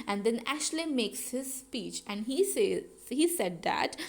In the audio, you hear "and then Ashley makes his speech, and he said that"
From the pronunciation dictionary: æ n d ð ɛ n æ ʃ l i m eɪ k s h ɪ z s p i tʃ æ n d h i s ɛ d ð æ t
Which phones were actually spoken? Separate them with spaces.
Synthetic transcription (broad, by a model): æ n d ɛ n æ ʃ l i m eɪ k s h ɪ z s p i tʃ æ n d h i s ɛ d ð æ t